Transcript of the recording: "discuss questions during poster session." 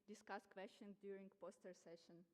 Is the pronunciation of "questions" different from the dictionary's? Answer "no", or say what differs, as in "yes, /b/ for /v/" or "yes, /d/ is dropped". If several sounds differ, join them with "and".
yes, /z/ is dropped